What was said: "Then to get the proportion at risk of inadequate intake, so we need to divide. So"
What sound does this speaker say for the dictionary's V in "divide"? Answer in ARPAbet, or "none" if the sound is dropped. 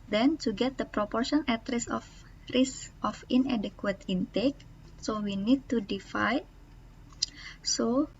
F